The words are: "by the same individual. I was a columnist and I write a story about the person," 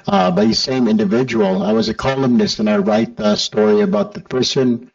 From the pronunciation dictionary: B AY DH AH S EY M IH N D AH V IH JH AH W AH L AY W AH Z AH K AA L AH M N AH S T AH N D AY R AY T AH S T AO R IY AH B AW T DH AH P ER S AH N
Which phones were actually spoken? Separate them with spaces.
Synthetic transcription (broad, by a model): B AY DH AH S EY M IH N D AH V IH JH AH W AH L AY W AH Z AH K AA L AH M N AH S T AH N AY R AY T AH S T AO R IY AH B AW T DH AH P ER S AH N